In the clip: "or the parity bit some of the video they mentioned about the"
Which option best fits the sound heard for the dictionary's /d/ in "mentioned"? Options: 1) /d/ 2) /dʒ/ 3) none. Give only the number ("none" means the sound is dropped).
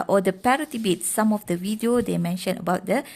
3